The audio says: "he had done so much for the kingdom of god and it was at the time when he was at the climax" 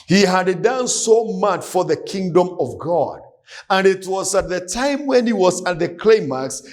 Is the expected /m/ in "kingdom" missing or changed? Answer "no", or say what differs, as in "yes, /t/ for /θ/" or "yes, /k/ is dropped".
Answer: no